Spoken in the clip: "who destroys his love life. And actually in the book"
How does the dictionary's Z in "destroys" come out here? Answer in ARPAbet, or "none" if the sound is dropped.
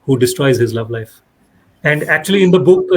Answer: Z